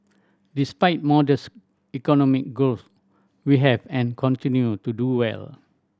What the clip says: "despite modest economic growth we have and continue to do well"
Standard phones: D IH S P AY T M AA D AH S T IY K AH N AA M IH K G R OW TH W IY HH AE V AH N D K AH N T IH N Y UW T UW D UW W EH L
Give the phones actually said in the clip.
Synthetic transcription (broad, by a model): D IH S P AY T M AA D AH S IY K AH N AA M IH K G OW S W IY HH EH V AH N K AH N T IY N Y UW T UW D UW W EH L